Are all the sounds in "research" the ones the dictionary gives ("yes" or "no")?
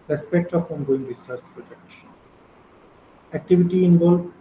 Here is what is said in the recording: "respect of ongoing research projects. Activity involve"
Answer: no